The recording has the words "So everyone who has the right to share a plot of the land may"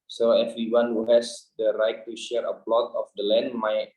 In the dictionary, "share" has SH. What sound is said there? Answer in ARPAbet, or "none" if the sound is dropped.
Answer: SH